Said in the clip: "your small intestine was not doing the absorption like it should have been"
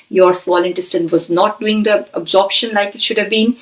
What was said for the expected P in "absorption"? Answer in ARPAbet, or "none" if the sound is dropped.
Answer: P